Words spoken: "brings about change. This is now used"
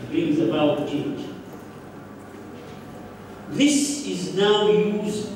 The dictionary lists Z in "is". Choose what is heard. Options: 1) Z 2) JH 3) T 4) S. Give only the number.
1